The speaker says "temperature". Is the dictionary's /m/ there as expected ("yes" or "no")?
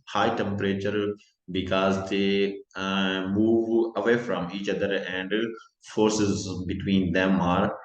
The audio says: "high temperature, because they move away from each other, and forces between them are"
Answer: yes